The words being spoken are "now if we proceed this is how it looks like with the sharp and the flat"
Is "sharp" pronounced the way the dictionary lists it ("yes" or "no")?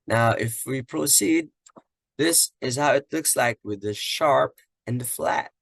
yes